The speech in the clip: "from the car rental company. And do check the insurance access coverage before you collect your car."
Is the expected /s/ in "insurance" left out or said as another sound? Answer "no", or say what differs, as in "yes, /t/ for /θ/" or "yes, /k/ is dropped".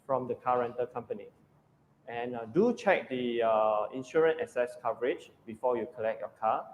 yes, /s/ is dropped